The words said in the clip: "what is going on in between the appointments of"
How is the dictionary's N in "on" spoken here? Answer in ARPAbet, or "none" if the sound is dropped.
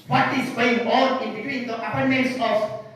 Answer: L